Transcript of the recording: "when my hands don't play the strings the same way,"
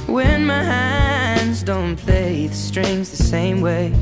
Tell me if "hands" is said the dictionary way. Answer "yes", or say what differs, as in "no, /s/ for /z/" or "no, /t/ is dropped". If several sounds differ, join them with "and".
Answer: yes